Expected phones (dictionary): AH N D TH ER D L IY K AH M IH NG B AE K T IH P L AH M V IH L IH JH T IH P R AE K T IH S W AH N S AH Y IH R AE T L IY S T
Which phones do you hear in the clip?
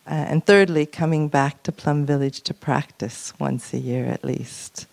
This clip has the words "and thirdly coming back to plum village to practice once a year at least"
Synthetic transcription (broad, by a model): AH N TH ER D L IY K AH M IH NG B AE K T IH P L AH M V IH L IH JH T IH P R AE K T IH S W AH N S AH Y IH R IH T L IY S T